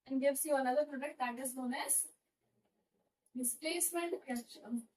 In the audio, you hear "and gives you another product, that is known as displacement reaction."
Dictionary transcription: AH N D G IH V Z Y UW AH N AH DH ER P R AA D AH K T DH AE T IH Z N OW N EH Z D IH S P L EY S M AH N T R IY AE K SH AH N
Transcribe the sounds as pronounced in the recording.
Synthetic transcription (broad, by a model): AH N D G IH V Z Y UW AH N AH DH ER P R AA D AH K T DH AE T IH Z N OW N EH S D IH S P L EY S M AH N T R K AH